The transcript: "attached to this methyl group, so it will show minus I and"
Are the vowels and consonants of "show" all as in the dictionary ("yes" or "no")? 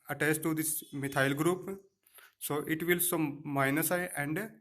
no